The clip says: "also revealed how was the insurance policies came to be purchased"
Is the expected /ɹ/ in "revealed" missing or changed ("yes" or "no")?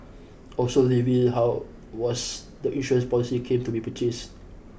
yes